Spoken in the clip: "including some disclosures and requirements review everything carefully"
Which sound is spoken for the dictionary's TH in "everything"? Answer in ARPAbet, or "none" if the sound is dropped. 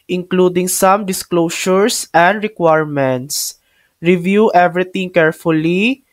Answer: T